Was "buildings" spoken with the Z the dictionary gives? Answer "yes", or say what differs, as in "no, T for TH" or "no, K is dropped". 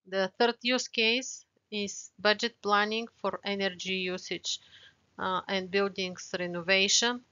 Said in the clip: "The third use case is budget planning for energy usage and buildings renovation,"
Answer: no, S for Z